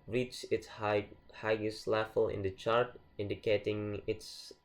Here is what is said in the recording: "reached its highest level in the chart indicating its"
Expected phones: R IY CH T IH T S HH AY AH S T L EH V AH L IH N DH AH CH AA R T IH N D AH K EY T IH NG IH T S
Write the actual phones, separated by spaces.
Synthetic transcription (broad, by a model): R IY CH IH T S HH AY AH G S L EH F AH L IH N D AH CH AA R T IH N D AH K EY T IH NG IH T S